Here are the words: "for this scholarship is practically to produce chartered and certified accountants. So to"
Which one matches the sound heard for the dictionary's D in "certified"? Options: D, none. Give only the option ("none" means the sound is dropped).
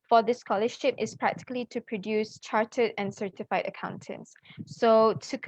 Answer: D